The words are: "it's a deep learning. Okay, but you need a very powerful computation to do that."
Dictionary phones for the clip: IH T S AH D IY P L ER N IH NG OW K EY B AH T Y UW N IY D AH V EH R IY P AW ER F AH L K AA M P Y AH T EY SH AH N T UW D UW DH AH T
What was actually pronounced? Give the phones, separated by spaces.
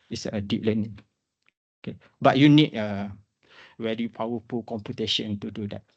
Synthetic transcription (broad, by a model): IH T S AH D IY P L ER N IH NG OW K EY B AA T Y UW N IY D AH W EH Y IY P AW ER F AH L K AA M P Y AH T EY SH AH N T UW D UW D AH T